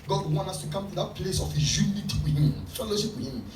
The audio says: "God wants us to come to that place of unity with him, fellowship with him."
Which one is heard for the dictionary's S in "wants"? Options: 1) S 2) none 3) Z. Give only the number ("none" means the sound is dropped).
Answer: 2